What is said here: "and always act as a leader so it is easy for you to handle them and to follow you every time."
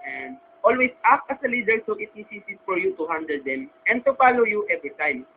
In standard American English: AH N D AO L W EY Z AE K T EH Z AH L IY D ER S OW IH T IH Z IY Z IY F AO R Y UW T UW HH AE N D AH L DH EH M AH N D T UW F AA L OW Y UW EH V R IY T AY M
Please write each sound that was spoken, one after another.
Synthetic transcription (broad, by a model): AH N D AO L W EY S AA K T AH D AH L IY D ER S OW IH T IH S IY S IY F AO R Y UW T UW HH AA N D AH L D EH M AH N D T UW F AA L OW Y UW EH V R IY T AY M